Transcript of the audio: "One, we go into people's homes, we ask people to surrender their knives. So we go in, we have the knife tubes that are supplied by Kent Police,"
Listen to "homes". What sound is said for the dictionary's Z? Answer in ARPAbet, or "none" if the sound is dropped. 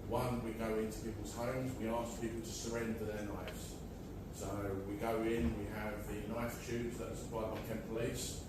Z